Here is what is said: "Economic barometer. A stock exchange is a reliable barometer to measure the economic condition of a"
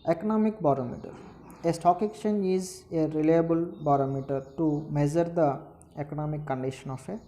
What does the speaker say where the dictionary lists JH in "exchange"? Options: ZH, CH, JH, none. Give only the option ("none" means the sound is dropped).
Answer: none